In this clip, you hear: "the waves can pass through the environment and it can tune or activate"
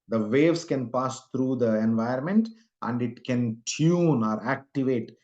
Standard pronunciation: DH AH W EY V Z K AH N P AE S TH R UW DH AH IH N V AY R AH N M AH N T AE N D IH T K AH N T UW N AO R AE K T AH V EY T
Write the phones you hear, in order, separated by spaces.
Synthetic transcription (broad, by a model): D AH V EY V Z K AH N P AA S T R UW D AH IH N V AY AH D M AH N T AE N D IH T K AH N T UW N AO R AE K T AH V EY T